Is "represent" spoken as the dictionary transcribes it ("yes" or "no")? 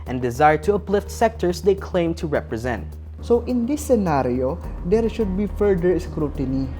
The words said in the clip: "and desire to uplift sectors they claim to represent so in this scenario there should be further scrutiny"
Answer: yes